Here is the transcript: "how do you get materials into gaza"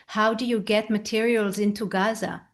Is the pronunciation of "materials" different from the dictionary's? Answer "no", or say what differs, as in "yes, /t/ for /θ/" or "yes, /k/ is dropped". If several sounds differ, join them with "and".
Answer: no